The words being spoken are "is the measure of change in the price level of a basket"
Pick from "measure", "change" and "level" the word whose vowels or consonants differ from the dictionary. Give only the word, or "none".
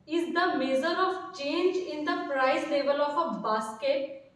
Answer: measure